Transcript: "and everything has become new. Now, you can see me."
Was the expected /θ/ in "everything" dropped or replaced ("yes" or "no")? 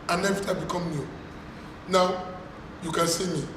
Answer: yes